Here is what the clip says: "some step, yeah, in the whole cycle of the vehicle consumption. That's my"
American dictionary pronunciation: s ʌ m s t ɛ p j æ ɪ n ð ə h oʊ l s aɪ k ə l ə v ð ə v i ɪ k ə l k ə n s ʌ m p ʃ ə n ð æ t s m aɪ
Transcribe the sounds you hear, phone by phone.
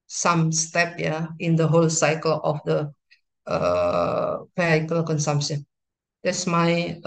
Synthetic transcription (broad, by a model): s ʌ m s t ɛ p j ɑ ɪ n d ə h oʊ l s aɪ k ə l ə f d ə p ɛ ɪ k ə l k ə n s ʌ m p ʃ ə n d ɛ t s m aɪ